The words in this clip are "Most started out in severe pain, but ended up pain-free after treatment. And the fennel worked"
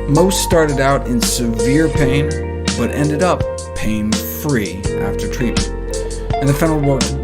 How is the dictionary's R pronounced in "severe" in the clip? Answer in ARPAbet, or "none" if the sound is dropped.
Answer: R